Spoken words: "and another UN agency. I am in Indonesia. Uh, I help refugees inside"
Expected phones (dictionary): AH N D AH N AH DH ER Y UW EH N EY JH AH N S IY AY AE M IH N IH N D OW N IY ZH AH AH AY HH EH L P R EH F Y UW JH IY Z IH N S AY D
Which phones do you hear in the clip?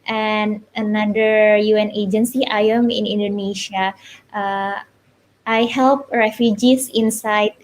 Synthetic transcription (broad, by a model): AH N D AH N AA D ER Y UW EH N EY JH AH N S IY AY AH M IH N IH N D OW N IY SH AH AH AY HH EH L P R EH F Y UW JH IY S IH N S AY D